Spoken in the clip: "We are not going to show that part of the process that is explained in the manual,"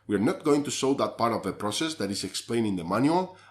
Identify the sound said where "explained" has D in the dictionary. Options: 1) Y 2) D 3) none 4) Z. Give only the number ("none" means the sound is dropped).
3